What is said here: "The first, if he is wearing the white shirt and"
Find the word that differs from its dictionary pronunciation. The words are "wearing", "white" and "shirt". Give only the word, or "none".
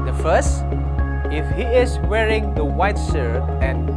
shirt